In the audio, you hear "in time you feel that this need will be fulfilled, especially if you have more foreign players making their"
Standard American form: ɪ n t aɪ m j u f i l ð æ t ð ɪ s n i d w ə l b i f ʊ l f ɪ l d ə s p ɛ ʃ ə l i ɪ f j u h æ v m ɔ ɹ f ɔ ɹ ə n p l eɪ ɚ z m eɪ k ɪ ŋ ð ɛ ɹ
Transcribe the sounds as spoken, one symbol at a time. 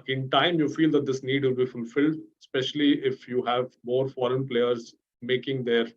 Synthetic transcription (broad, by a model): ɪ n t aɪ m j u f i l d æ t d ɪ s n i d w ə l b i f ʊ l f ɪ l d s p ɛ ʃ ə l i ɪ f j u h æ v m ɔ ɹ f ɔ ɹ ə n p l eɪ ɚ z m eɪ k ɪ ŋ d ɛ ɹ